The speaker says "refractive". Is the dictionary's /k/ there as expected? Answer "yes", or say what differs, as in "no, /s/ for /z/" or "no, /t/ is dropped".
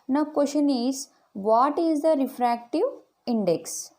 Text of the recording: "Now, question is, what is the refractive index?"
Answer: yes